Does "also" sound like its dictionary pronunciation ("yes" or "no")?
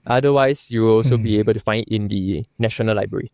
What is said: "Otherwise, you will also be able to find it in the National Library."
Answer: yes